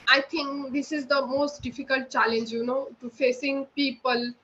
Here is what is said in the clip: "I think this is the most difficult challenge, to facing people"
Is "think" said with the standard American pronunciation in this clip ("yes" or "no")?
no